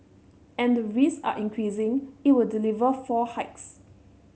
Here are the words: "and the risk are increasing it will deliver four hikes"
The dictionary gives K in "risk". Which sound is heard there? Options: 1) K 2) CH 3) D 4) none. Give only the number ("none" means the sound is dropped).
4